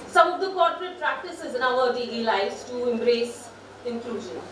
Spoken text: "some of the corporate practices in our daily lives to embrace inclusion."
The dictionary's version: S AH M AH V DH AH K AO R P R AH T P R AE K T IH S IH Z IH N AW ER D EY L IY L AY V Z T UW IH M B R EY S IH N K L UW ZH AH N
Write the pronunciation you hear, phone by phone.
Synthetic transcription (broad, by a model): S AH M AH V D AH K AO R P R AH T P R AE K T IH S IH Z IH N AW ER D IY IY L AY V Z T UW IH M B R EY S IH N K L UW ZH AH N